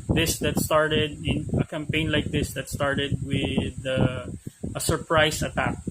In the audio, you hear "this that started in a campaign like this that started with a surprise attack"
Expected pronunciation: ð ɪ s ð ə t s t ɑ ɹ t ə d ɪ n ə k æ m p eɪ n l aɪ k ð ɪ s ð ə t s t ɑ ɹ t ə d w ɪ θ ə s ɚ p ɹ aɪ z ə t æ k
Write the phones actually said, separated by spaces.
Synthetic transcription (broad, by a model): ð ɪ s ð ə t s t ɑ ɹ t ə d ɪ n ə k æ m p eɪ n l aɪ k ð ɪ s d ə t s t ɑ ɹ t ə d w ɪ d ə s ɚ p ɹ aɪ s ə t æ k